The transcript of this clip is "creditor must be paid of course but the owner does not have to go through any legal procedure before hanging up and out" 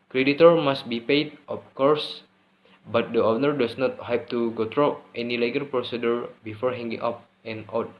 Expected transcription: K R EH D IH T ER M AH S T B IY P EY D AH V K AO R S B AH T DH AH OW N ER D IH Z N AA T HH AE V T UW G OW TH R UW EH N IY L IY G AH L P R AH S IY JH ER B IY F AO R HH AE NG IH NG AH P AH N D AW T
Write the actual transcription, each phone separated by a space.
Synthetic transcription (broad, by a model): K R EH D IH T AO M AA S T B IY P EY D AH F K AO R S B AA T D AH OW N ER D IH S N AA T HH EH P T UW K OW T R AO EH N IY L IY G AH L P R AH S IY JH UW B IY F AO R HH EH NG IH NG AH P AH N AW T